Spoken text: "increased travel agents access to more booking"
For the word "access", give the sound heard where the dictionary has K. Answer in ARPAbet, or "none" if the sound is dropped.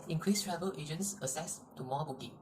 none